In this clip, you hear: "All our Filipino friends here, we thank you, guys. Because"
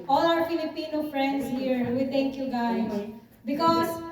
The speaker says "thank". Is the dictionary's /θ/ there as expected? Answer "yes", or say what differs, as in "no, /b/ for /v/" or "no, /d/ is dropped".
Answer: no, /t/ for /θ/